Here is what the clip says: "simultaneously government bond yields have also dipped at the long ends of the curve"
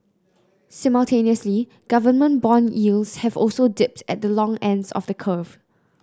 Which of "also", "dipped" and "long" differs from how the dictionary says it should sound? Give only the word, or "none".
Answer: none